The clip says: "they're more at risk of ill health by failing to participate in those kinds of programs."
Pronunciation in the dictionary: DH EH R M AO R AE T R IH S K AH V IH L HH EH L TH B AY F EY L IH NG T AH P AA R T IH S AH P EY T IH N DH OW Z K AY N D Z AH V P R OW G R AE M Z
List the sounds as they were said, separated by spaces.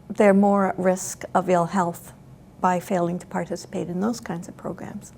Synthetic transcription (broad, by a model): DH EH R M AO R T R IH S K AH V IH L HH EH L TH B AY F EY L IH NG T AH P AA R T IH S AH P EY T IH N DH OW Z K AY N D Z AH V P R OW G R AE M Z